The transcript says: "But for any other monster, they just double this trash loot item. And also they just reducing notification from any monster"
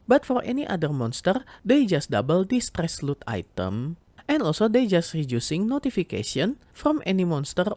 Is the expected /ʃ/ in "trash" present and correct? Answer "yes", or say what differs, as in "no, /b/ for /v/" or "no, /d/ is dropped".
no, /s/ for /ʃ/